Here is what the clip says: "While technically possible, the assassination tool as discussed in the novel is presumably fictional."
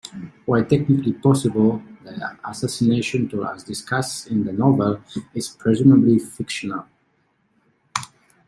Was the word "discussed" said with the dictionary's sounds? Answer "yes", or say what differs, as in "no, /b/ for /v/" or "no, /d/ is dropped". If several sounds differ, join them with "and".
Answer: no, /t/ is dropped